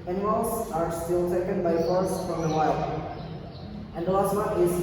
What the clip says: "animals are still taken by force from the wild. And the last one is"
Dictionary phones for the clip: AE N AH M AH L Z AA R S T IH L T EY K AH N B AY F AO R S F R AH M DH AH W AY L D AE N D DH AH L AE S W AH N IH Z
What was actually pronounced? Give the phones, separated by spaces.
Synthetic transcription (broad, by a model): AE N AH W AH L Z AA R S T IH L T EY K AH N B AY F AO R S F R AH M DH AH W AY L AE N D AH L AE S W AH IH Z